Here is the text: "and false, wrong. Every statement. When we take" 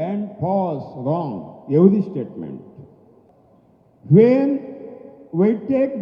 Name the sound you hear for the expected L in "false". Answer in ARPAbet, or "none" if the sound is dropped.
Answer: none